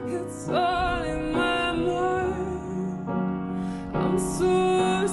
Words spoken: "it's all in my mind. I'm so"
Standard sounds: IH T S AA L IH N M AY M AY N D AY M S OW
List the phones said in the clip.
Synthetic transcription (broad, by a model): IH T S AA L IH N M AY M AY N AY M S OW